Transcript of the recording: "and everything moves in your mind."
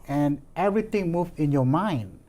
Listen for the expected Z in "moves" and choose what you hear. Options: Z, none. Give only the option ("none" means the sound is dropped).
none